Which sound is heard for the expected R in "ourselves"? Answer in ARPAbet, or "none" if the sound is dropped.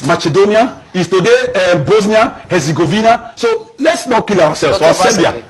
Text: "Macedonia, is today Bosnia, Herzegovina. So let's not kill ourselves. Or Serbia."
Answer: W